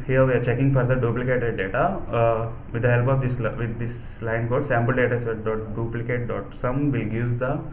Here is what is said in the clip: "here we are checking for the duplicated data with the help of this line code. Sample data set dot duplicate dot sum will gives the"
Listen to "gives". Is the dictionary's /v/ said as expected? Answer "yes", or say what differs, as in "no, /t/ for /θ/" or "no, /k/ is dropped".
no, /v/ is dropped